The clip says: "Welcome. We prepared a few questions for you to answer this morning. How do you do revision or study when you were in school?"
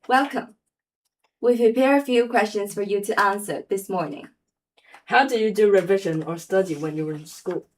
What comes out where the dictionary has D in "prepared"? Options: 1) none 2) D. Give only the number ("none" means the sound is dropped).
1